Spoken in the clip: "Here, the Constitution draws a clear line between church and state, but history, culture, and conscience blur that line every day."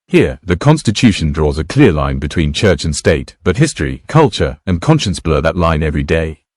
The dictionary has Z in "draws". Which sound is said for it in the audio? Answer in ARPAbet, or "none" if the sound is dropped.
Z